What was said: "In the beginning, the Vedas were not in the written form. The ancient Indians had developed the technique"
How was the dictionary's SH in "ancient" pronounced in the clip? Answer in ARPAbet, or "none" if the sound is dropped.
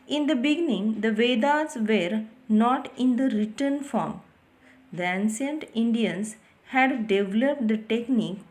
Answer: S